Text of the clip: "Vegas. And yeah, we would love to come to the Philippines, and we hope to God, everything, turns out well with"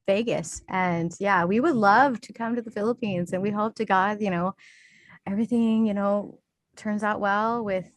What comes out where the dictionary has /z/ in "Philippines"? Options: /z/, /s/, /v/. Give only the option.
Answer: /z/